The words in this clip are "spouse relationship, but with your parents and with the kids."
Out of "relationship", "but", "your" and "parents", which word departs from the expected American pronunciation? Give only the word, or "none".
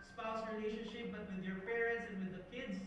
none